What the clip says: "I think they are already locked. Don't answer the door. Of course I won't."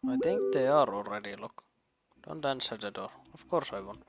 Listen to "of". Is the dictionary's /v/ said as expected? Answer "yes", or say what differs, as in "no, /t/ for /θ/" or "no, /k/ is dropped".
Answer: no, /f/ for /v/